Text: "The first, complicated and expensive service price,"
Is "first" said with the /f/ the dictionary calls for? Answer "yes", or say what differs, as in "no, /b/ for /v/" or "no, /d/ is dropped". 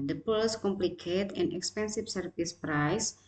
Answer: no, /p/ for /f/